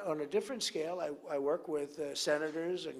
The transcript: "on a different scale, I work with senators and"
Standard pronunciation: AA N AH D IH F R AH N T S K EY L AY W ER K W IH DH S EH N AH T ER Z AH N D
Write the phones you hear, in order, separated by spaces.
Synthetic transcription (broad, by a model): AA N AH D IH F R AH N T S K EY L AY W ER K W IH DH S EH N AH T ER Z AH N